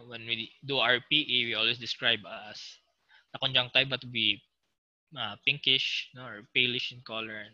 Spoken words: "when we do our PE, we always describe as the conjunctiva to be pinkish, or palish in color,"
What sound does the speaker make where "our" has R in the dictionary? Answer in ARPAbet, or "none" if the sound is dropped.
R